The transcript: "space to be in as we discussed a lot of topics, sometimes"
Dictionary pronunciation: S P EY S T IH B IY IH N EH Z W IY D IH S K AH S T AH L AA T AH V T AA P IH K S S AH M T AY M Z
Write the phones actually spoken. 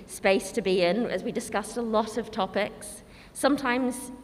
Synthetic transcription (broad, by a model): S P EY S T IH B IY IH N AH Z W IY D IH S K AH S T AH L AA T AH V T AA P IH K S S AH M T AY M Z